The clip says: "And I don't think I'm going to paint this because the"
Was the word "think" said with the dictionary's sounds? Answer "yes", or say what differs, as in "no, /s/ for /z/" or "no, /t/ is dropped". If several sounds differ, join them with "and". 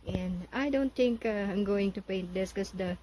no, /t/ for /θ/